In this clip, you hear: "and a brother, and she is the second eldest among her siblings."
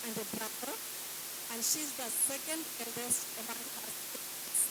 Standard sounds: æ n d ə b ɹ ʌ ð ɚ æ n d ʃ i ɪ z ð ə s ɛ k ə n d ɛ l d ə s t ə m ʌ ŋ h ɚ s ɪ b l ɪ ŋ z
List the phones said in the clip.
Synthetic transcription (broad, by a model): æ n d ə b ɹ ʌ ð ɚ æ n d ʃ i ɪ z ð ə s ɛ k ə n d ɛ l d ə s ə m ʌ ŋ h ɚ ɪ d